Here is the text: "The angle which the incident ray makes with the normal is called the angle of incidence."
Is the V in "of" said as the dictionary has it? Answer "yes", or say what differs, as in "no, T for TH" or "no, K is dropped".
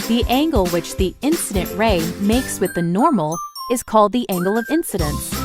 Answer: yes